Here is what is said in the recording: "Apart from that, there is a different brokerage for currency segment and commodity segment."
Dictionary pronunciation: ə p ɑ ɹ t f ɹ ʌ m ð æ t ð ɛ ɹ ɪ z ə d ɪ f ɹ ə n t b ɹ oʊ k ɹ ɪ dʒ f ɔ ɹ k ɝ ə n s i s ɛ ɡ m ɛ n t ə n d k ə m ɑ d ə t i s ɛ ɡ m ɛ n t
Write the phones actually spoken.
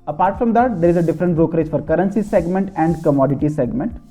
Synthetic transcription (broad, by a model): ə p ɑ ɹ t f ɹ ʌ m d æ t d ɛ ɹ ɪ z ə d ɪ f ɹ ə n t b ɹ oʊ k ɹ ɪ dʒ f ɔ ɹ k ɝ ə n s i s ɛ ɡ m ɛ n t ə n d k ə m ɑ d ə t i s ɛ ɡ m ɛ n t